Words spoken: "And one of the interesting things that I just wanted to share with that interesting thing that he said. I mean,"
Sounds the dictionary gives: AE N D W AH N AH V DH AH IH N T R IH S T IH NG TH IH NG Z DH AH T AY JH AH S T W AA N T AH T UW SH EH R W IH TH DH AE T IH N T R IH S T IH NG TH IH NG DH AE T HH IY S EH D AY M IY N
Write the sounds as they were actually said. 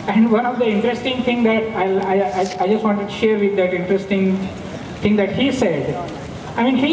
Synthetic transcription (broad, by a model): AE N D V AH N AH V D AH IH N T R IH S T IH NG T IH NG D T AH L AY JH AH S T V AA N T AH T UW SH EH R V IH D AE T IH N T R IH S T IH NG T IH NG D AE T HH IY S EH D AY M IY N